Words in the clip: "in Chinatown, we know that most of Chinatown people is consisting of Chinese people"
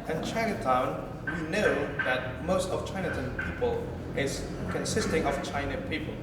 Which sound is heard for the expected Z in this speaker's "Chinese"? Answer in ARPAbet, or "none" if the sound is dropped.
none